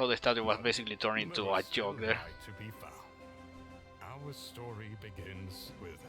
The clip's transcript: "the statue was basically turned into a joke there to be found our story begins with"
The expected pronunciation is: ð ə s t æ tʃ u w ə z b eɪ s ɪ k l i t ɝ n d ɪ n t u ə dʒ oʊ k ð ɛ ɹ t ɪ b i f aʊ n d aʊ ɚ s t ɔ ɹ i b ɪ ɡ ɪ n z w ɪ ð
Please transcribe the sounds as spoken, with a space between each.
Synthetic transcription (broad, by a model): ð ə s t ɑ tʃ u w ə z b eɪ s ɪ k l i t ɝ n ɪ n t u ə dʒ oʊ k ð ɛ ɹ t ɪ b i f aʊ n aʊ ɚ s t ɔ ɹ i b ɪ ɡ ɪ n z w ɪ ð